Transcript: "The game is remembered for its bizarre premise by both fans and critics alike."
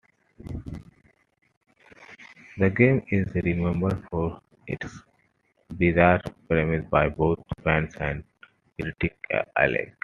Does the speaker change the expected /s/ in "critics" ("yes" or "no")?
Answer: yes